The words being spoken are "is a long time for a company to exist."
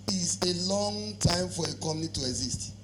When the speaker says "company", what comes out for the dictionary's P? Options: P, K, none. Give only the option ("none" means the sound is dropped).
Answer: none